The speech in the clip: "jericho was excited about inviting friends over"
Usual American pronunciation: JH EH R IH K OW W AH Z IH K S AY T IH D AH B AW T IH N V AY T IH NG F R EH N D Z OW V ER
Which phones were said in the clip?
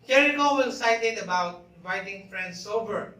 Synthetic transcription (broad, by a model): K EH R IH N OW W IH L S AY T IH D AH B AW T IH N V AY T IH NG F R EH N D S OW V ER